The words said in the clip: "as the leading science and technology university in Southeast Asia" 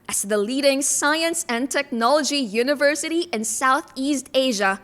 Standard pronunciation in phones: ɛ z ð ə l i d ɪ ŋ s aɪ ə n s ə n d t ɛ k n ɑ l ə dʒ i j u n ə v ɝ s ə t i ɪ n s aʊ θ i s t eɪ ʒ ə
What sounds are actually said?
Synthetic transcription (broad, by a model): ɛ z ð ə l i d ɪ ŋ s aɪ ə n s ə n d t ɛ k n ɑ l ə dʒ i j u n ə v ɝ s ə t i ɪ n s aʊ θ i s t eɪ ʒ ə